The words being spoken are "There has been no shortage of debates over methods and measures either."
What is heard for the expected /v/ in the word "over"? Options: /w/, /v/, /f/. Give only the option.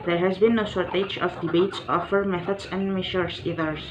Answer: /f/